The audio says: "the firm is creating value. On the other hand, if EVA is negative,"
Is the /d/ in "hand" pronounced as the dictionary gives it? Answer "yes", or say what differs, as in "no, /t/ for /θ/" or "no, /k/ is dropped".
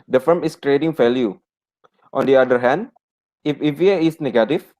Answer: yes